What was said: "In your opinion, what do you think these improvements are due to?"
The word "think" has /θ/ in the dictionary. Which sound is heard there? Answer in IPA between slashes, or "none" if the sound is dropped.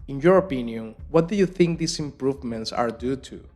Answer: /θ/